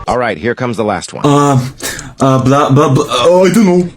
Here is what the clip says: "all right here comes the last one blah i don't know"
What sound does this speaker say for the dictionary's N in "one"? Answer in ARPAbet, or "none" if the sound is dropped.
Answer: L